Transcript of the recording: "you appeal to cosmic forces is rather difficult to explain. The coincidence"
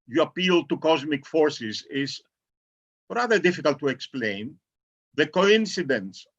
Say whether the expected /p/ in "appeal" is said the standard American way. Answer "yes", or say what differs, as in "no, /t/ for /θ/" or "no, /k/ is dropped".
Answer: yes